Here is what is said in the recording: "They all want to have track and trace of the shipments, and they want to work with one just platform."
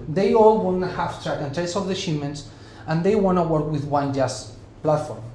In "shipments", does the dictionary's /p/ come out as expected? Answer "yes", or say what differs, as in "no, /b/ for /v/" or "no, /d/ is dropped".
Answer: no, /p/ is dropped